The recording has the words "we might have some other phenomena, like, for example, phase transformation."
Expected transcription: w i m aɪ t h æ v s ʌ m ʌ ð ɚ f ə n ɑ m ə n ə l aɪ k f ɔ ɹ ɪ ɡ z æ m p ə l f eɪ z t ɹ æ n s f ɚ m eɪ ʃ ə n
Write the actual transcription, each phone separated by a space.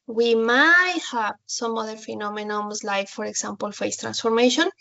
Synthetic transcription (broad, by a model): w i m aɪ t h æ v s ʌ m ʌ ð ɚ f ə n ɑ m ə n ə l aɪ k f ɔ ɹ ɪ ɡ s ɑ m p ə l f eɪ s t ɹ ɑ n s f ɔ m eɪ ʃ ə n